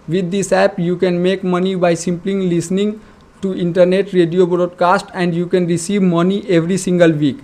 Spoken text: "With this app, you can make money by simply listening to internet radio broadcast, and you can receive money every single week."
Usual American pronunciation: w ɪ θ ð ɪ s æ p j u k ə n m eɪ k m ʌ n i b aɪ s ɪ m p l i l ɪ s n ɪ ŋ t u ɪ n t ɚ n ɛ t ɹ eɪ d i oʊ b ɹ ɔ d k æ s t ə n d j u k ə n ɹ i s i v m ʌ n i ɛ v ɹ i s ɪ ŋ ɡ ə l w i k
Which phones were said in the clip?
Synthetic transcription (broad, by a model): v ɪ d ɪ s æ p j u k ə n m eɪ k m ʌ n i b aɪ s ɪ m p l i l ɪ s n ɪ ŋ t u ɪ n t ɚ n ɛ t ɹ eɪ d i oʊ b ɹ ɔ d k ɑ s t ə n d j u k ə n ɹ i s i v m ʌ n i ɛ v ɹ i s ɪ ŋ ɡ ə l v i k